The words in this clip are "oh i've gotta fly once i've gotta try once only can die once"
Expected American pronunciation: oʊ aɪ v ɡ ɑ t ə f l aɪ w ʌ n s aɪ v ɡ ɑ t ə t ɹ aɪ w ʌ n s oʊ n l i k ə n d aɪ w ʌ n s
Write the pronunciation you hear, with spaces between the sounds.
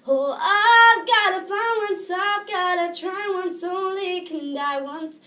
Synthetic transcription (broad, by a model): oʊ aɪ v ɡ ɑ t ə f aɪ w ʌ n s aɪ v ɡ ɑ t ə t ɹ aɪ w ʌ n s oʊ n l i k ə n d aɪ w ʌ n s